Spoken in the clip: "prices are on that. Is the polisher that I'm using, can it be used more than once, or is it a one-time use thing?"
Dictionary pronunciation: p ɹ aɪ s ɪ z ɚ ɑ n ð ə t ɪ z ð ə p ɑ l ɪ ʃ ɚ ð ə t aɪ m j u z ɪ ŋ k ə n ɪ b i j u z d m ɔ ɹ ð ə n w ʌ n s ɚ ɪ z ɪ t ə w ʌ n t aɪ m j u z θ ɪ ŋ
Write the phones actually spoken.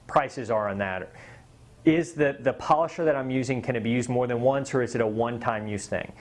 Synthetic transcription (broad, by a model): p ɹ aɪ s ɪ z ɚ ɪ n ð ə t ɪ z ð ə p ɑ l ɪ ʃ ɚ ð ə t aɪ m j u z ɪ ŋ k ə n ɪ b i j u z d m ɔ ɹ ð ə n w ʌ n s ɚ ɪ z ɪ t ə w ʌ n t aɪ m j u z θ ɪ ŋ